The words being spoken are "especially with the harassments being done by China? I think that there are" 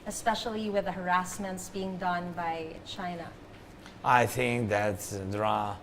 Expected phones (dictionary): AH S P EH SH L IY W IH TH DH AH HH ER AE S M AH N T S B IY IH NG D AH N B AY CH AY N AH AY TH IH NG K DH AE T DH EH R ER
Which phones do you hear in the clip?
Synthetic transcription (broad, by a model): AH S P EH SH L IY W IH DH AH HH ER AE S M AH N T S B IY IH NG D AH N B AY CH AY N AH AY TH IH NG K DH AE T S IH R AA